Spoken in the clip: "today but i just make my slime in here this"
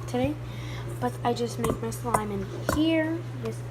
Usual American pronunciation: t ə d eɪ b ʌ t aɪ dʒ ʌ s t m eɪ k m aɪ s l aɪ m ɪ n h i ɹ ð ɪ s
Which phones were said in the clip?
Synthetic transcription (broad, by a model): t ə d eɪ b ʌ t aɪ dʒ ʌ s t m eɪ k m aɪ s l aɪ m ɪ n h i ɹ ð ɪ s